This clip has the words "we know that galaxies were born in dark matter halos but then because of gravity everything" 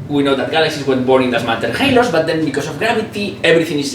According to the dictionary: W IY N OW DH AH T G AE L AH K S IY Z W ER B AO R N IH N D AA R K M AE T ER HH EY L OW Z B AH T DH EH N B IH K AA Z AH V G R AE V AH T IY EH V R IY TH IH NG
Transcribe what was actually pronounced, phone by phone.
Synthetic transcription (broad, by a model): W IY N OW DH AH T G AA L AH K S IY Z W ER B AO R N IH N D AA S M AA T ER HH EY L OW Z B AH T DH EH N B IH K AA S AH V G R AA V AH T IY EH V R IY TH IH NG